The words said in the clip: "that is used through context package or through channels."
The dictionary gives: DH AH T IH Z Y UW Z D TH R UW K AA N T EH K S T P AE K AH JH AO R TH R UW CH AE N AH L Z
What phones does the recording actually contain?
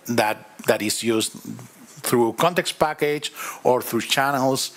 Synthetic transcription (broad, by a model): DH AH T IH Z Y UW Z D TH R UW K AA N T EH K S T P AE K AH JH AO R TH R UW CH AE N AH L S